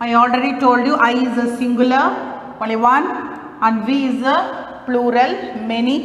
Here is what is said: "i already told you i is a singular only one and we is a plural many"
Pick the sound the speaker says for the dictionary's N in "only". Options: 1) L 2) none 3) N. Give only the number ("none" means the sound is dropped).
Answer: 2